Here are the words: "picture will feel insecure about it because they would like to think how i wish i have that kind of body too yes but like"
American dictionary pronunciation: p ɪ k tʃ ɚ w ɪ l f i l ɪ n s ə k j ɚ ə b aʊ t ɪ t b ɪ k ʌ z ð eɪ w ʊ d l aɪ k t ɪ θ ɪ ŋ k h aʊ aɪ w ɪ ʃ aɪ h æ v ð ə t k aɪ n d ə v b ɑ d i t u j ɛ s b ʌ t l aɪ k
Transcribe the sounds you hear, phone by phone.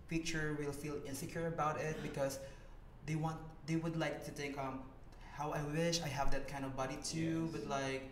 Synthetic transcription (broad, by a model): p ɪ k tʃ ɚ w ɪ l f i l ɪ n s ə k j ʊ ə b aʊ t ɪ t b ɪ k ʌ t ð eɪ w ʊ d l aɪ k t ɪ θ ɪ ŋ k h aʊ aɪ w ɪ ʃ aɪ h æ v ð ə t k aɪ n d ə v b ɑ d i t u b ʌ t l aɪ k